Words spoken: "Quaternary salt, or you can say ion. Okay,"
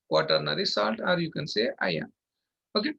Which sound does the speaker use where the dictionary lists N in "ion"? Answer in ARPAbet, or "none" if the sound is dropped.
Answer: none